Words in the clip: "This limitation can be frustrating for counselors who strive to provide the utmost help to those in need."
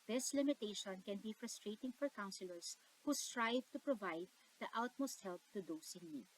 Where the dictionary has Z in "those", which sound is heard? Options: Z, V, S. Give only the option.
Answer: S